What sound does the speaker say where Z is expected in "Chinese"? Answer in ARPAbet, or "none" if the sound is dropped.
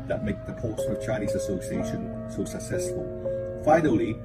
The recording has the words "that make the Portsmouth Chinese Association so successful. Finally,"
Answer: Z